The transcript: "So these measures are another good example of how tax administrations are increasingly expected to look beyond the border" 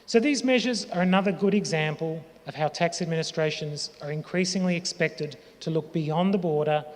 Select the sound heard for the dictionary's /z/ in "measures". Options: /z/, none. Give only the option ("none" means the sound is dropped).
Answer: /z/